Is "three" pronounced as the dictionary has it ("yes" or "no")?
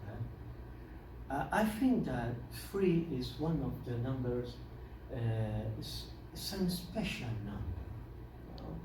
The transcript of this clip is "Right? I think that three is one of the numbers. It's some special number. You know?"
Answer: no